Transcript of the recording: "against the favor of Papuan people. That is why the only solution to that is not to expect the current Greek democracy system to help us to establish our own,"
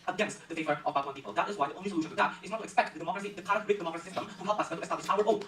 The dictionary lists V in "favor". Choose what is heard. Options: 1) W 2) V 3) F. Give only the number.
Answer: 2